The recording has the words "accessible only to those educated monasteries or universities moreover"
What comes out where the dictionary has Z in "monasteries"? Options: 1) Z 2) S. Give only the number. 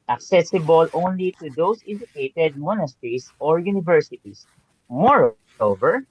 2